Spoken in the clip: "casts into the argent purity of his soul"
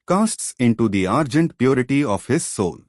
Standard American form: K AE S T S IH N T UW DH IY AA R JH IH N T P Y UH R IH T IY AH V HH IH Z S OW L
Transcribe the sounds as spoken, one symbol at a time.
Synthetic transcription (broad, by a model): K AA S T S IH N T UW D IY AA R JH IH N T P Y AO R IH T IY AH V HH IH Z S OW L